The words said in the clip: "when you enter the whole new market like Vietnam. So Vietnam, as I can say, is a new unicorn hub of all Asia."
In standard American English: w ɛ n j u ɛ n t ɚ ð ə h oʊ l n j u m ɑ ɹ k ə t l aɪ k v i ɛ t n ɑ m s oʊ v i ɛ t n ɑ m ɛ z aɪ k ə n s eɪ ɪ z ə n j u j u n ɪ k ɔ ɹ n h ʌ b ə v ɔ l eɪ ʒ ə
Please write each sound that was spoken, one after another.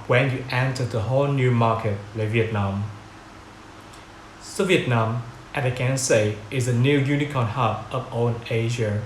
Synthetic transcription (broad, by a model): w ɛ n j u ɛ n t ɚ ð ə h oʊ l n j u m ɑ k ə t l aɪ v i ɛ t n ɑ m s oʊ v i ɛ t n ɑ m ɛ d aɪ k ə n s eɪ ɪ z ə n j u j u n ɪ k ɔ n h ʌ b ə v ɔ n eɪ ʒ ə